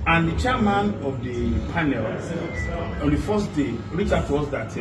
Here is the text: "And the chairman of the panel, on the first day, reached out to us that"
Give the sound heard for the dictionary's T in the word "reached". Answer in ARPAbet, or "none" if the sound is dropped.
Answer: none